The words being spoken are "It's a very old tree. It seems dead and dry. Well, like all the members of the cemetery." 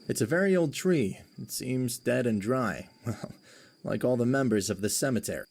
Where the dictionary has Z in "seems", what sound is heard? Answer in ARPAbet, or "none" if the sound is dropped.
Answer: Z